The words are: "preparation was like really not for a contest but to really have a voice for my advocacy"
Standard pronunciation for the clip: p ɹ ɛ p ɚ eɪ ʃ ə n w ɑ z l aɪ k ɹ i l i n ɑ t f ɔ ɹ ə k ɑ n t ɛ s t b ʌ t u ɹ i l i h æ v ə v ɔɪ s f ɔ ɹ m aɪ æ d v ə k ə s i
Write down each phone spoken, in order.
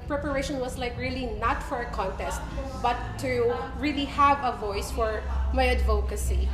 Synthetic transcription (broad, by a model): p ɹ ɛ p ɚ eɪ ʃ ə n w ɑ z l aɪ k ɹ i l i n ɑ t f ɔ ɹ ə k ɑ n t ɛ s t b ʌ t u ɹ i l i h æ v ə v ɔɪ s f ɔ ɹ m aɪ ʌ d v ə k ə s i